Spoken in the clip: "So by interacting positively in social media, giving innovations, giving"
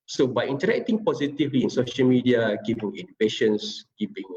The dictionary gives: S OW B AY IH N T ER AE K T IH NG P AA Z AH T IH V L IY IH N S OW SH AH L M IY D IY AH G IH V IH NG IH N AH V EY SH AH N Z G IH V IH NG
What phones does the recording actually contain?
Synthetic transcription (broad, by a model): S OW B AY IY N T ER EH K T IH NG P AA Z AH T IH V L IY IH N S OW SH AH L M IY D IY AH G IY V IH NG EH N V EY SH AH N S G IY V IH NG